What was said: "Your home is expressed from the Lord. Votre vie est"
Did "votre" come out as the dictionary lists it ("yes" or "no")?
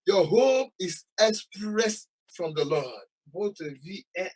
no